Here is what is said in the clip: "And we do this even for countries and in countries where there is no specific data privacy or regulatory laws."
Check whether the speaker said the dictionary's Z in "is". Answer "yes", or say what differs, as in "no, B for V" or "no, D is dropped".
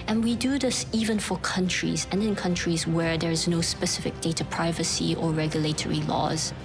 yes